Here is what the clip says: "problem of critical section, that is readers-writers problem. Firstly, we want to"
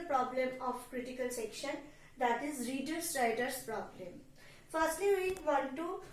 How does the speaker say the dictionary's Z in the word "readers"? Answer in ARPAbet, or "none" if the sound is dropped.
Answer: S